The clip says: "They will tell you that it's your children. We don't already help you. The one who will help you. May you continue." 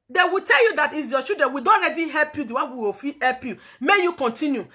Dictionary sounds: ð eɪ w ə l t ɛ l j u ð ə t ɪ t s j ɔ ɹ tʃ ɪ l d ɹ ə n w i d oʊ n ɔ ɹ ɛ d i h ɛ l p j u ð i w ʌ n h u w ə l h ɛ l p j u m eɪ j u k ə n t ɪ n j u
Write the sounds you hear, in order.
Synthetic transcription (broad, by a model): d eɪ w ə t ɛ l j u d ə t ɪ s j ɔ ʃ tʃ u d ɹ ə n w i d oʊ n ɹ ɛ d i h ɛ l p j u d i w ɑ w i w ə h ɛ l p j u m eɪ j u k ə n t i n j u